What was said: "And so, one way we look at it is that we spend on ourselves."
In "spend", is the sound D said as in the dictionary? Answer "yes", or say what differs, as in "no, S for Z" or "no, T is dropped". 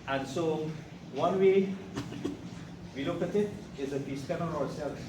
no, D is dropped